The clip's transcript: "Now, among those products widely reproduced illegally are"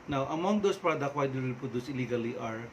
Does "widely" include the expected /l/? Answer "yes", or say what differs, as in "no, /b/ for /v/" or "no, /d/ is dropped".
no, /l/ is dropped